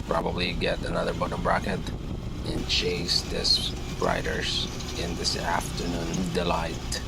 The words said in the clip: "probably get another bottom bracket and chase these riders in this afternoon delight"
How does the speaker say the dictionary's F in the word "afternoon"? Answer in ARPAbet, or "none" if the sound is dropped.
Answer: F